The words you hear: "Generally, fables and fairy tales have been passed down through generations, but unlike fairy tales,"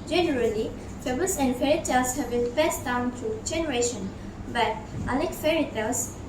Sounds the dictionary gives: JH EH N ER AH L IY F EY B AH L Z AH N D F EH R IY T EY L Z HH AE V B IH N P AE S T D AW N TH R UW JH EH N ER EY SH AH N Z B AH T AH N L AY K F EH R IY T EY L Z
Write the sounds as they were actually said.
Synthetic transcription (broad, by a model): JH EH N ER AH L IY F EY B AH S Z AH N D F EH R IY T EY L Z HH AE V B IH N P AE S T D AW N T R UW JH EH N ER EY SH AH N B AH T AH L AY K F EH R IY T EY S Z